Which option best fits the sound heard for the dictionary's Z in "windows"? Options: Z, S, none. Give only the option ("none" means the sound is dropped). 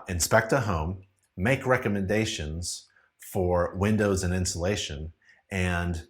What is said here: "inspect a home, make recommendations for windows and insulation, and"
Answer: Z